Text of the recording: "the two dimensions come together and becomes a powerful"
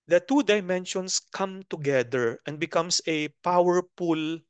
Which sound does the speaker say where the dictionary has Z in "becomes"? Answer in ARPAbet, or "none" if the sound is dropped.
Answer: S